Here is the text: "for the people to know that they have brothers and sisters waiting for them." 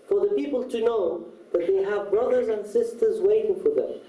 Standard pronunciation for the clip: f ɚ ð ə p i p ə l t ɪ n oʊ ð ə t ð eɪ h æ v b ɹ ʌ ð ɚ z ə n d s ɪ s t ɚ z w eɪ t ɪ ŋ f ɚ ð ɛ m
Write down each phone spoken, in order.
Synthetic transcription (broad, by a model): f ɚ ð ə p i p ə l t ɪ n oʊ ð ə t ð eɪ h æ v b ɹ ʌ ð ɚ z ə n d s ɪ s t ɚ z w eɪ t ɪ ŋ f ɚ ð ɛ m